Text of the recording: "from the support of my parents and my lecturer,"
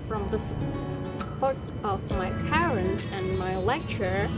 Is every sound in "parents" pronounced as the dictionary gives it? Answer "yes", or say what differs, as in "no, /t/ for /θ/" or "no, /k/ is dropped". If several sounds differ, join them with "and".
no, /s/ is dropped